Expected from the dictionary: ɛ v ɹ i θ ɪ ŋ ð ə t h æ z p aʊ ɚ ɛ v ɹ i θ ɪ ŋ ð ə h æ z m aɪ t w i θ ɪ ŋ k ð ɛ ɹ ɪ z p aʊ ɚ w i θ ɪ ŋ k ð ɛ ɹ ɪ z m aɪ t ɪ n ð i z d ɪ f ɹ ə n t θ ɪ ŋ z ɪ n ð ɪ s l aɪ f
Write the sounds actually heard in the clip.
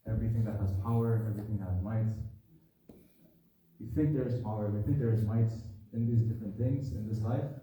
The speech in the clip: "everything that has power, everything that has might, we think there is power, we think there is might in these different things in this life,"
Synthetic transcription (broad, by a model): ɛ v ɹ i θ ɪ ŋ ð ə t h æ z p aʊ ɚ ɛ v ɹ i θ ɪ ŋ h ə z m aɪ t w i θ ɪ ŋ k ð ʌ ɹ ɪ z p aʊ ɚ w i θ ɪ ŋ k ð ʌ ɹ ɪ z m aɪ t ɪ n ð i z d ɪ f ɹ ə n θ ɪ ŋ z ɪ n ð ɪ s l aɪ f